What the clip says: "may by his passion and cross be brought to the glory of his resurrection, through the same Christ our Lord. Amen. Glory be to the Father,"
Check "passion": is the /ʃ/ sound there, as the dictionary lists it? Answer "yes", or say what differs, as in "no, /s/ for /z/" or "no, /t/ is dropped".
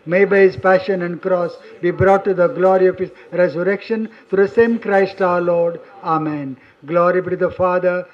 yes